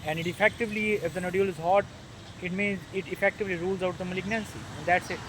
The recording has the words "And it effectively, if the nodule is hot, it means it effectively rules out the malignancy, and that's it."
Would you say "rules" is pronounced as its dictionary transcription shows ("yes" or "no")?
yes